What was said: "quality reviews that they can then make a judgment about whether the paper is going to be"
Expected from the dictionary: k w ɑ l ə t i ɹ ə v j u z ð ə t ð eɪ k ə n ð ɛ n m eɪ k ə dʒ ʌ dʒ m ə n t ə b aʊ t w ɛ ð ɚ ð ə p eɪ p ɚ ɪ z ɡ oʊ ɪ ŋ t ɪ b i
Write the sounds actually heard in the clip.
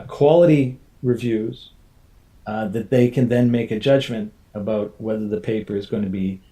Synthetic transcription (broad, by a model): k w ɑ l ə t i ɹ ə v j u z ð ə t ð eɪ k ə n ð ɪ n m eɪ k ə dʒ ʌ dʒ m ə n t ə b aʊ t w ɛ ð ɚ ð ə p eɪ p ɚ ɪ z ɡ oʊ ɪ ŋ t ɪ b i